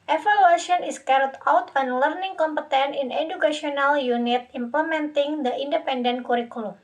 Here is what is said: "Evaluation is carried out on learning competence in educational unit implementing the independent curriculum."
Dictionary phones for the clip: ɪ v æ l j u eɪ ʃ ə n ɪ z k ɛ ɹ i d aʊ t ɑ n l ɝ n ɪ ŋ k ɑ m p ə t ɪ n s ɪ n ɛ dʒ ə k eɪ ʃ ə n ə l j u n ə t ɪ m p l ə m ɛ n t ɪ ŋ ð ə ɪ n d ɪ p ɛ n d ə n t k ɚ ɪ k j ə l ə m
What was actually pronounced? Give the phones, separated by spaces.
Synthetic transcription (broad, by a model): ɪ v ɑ l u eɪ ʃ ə n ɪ s k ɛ ɹ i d aʊ t ɑ n l ɝ n ɪ ŋ k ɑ m p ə t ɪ n ɪ n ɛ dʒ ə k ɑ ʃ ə n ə l j u n ə t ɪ m p l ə m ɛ n t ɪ ŋ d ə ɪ n d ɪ p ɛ n d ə n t k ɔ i k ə l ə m